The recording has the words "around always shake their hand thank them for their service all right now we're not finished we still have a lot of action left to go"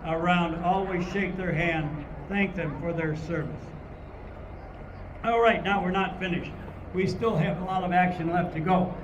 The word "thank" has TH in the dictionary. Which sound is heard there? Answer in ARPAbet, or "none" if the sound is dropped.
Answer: TH